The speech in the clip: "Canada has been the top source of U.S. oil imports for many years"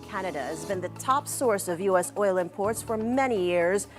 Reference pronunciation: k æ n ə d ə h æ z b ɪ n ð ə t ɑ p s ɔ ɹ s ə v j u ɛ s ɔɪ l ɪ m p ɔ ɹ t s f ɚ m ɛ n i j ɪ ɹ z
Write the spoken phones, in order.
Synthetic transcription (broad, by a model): k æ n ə d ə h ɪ z b ɪ n ð ə t ɑ p s ɔ ɹ s ə v j u ɛ s ɔɪ l ɪ m p ɔ ɹ t s f ɚ m ɛ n i j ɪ ɹ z